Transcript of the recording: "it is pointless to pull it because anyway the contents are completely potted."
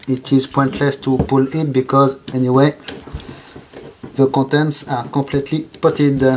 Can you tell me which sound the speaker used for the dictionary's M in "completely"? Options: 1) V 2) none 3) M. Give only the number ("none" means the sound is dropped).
2